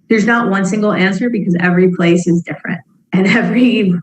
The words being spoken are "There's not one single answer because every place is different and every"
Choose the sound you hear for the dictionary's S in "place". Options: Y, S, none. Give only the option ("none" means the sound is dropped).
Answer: S